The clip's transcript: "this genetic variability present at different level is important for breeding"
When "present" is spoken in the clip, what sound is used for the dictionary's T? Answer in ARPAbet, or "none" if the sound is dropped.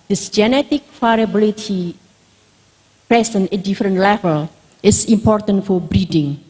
none